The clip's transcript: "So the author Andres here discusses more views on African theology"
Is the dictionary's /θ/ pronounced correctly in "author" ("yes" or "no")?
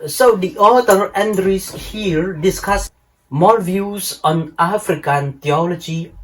no